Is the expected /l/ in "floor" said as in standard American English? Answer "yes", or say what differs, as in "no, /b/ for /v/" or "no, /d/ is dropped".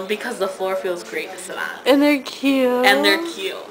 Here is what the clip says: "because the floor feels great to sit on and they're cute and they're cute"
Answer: yes